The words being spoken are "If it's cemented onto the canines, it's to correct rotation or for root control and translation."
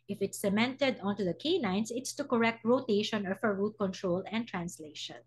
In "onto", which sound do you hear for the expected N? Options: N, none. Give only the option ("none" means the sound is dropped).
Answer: N